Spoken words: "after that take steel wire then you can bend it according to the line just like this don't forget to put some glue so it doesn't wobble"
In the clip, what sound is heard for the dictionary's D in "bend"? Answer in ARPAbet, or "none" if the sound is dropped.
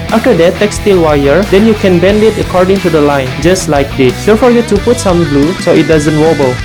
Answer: D